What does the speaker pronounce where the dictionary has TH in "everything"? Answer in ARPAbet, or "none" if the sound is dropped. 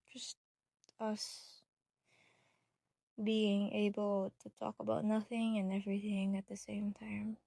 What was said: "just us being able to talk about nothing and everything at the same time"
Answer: TH